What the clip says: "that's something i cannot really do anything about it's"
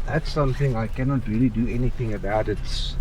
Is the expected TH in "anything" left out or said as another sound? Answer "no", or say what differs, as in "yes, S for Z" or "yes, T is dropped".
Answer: no